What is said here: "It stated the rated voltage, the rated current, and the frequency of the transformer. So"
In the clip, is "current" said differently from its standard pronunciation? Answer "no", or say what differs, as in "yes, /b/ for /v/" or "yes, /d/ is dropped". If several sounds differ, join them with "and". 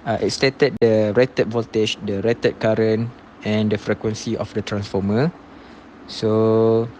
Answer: yes, /t/ is dropped